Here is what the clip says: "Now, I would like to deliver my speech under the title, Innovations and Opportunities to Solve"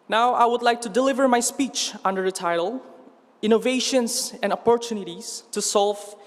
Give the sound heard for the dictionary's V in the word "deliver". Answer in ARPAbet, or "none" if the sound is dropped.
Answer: V